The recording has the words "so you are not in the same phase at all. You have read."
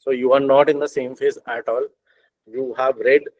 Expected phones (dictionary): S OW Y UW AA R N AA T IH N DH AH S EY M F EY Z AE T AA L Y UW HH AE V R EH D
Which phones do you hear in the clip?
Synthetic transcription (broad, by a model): S OW Y UW AA R N AA T IH N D AH S EY M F EY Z AE T AA L Y UW HH AE V R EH D